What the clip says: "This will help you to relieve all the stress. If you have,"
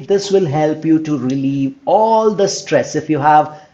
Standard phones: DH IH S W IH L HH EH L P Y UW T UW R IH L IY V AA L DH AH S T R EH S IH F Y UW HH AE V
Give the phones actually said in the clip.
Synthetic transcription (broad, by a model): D IH S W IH L HH EH L P Y UW T UW R IH L IY V AA L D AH S T R EH S IH F Y UW HH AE V